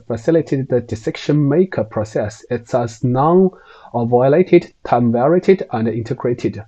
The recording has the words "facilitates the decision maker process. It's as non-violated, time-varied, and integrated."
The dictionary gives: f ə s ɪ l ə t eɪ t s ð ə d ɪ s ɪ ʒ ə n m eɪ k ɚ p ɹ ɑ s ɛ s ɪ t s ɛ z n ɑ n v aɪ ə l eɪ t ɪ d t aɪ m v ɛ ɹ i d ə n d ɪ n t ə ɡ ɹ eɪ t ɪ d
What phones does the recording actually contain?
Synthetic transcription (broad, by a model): f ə s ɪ l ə t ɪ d ð ə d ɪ s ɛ ʃ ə n m eɪ k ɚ p ɹ ɑ s ɛ s ɪ t s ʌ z n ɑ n v aɪ ə l eɪ t ɪ d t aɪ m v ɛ ɹ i d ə n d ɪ n t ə ɡ ɹ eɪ t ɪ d